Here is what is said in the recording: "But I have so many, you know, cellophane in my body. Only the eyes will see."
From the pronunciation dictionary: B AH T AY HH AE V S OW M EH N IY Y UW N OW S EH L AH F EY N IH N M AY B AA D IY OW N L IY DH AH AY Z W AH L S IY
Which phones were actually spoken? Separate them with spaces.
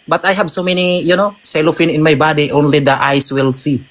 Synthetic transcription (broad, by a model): B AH T AY HH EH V S OW M EH N IY Y UW N OW S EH L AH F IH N IH N M AY B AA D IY OW N L IY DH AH AY S W AH L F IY